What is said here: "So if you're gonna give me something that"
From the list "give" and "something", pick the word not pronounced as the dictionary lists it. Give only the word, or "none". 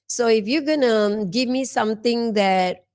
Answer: something